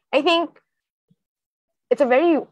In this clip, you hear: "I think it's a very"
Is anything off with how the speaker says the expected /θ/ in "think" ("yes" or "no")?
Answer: no